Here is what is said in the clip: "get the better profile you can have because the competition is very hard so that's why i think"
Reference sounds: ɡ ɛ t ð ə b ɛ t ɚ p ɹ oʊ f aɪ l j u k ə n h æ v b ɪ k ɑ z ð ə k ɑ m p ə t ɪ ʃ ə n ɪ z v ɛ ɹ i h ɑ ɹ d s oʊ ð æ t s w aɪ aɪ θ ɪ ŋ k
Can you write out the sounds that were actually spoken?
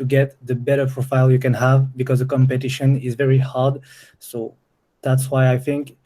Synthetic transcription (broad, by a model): ɡ ɛ t ð ə b ɛ t ɚ p ɹ oʊ f aɪ l j u k ə n h æ v b ɪ k ɑ z ð ə k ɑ m p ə t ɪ ʃ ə n ɪ z v ɛ ɹ i h ɑ ɹ d s oʊ ð æ t s w aɪ aɪ θ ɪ ŋ k